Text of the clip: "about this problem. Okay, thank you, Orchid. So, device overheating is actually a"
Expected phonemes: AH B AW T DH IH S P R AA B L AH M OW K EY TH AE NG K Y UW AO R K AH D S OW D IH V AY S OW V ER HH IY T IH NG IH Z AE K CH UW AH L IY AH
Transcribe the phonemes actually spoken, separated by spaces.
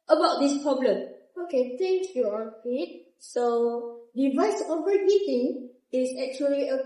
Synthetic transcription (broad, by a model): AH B AW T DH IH S P R AA B L AH M OW K EY T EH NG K Y UW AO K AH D S OW D IH V AY S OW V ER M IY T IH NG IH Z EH K CH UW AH L IY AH